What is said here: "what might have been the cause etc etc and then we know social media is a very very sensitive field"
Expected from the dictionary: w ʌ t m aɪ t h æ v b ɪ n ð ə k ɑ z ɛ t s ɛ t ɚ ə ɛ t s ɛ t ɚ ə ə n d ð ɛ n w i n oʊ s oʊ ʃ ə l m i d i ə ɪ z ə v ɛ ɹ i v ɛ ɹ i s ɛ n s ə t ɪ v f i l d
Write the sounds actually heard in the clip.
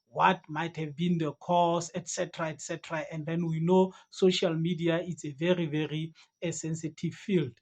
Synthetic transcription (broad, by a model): w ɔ t m aɪ t h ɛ v b ɪ n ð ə k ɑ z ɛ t s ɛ t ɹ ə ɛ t s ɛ t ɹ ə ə n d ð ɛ n w i n oʊ s oʊ ʃ ə l m i d i ə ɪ s ə v ɛ ɹ i v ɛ ɹ i s ɛ n s ə t ɪ v f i l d